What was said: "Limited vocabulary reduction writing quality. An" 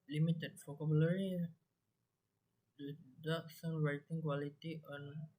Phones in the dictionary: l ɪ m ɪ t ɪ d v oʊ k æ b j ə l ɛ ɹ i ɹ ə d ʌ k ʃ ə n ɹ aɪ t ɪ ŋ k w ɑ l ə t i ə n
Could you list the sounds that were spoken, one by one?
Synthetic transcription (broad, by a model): l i m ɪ t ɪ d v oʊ k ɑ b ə l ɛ ɹ i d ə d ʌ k s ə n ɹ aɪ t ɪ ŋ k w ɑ l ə t i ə n